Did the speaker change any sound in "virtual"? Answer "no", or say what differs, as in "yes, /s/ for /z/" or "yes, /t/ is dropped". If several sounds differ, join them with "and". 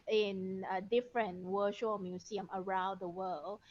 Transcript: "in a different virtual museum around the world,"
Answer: yes, /w/ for /v/